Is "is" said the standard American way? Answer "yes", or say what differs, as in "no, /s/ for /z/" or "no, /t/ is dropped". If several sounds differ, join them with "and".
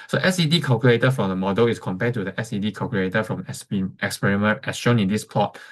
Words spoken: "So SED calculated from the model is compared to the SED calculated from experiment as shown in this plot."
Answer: no, /s/ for /z/